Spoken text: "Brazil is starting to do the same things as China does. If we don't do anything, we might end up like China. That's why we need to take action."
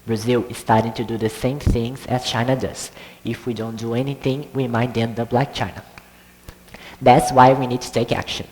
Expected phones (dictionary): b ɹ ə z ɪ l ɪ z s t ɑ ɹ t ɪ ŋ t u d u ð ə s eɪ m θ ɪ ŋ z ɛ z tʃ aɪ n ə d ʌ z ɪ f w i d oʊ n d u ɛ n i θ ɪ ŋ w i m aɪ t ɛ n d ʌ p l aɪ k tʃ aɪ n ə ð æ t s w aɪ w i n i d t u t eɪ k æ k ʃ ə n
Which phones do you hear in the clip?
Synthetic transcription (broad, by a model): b ɹ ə z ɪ l ɪ z s t ɑ ɹ t ɪ ŋ t u d u ð ə s eɪ m θ ɪ ŋ z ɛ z tʃ aɪ n ə d ʌ z ɪ f w i d oʊ n d u ɛ n i θ ɪ ŋ w i m aɪ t ɛ n d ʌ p l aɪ k tʃ aɪ n ə ð æ t s w aɪ w i n i d t u t eɪ k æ k ʃ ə n